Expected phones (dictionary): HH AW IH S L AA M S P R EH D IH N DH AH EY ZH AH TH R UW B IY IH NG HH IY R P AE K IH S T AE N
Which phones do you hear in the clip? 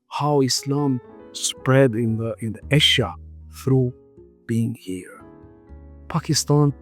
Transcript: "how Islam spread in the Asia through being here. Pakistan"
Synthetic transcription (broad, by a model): HH AW IH S L AA M S P R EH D IH N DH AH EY SH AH TH R UW B IY IH NG HH IY R P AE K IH S T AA N